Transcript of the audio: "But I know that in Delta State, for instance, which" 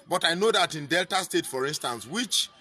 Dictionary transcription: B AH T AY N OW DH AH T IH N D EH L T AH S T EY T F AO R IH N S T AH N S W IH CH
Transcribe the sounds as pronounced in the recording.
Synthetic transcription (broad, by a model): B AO T AY N OW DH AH T IH N D EH L T AH S T EY T F AO R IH N S T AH N S W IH CH